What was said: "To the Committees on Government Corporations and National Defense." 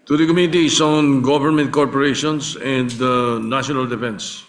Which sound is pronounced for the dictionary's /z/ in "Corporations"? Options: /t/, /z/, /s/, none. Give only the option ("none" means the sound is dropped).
/s/